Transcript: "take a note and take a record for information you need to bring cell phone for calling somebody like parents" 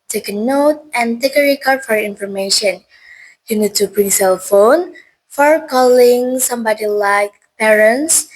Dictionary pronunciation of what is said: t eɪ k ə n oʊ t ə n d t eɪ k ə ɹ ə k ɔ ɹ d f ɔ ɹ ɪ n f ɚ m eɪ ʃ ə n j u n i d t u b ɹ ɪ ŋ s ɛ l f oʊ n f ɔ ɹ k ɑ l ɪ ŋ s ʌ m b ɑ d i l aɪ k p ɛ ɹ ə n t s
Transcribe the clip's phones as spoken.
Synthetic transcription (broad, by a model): t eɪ k ə n oʊ t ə n t eɪ k ə ɹ ə k ɔ ɹ d f ɔ ɹ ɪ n f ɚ m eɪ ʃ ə n j u n i d t u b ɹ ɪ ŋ s ɛ l f oʊ n f ɔ ɹ k ɑ l ɪ ŋ s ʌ m b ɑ d i l aɪ k p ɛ ɹ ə n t s